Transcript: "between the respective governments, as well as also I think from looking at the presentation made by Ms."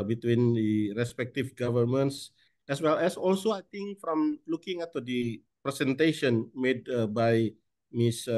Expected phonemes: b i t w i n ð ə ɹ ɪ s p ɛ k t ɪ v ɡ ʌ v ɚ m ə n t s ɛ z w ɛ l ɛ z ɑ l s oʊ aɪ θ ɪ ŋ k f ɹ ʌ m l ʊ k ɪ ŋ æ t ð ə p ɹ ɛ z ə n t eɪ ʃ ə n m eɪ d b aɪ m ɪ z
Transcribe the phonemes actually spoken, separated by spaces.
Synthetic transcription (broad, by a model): b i t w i n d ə ɹ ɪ s p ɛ k t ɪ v ɡ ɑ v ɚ m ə n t s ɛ s w ɛ l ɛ s ɑ l s oʊ aɪ t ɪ ŋ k f ɹ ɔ m l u k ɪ ŋ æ t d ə p ɹ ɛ s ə n t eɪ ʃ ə n m eɪ d b aɪ m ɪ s